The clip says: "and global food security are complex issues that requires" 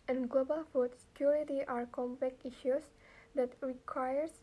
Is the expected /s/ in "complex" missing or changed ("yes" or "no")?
yes